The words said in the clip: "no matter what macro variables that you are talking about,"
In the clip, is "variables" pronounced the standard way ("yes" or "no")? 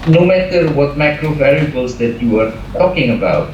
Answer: no